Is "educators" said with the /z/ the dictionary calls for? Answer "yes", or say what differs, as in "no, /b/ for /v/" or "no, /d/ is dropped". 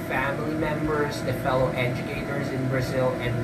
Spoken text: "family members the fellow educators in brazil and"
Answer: yes